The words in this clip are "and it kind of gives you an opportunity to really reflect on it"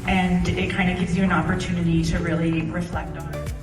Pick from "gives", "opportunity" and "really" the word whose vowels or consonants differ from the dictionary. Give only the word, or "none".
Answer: none